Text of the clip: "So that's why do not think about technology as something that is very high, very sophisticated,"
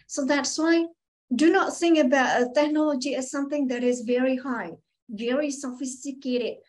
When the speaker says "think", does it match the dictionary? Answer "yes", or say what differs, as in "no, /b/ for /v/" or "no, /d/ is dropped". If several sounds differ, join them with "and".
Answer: no, /k/ is dropped